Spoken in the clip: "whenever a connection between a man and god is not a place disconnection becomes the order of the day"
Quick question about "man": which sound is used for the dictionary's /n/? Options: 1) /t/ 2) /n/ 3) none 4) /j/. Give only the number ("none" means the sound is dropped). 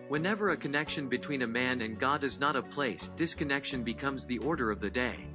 2